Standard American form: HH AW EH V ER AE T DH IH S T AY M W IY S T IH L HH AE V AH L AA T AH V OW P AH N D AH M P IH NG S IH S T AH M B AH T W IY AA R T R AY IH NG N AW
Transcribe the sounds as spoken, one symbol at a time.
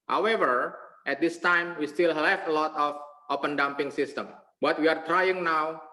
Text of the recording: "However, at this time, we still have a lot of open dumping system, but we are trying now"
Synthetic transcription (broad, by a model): HH AW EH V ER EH T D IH S T AY M W IY S T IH L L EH F AH L AA T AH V OW P AH N D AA M P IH NG S IH S T AH M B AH T W IY AA R T R AY IH NG N AW